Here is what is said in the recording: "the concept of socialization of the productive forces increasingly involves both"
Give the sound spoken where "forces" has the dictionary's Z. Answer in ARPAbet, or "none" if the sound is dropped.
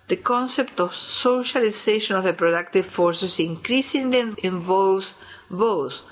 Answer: S